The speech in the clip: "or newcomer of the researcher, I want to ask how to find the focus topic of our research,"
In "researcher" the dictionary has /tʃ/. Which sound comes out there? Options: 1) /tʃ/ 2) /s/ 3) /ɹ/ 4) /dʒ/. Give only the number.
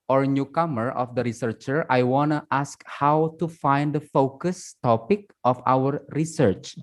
1